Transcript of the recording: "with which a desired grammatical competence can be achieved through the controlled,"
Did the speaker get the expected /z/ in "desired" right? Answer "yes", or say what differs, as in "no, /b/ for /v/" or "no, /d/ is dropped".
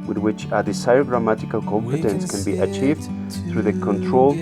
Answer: no, /s/ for /z/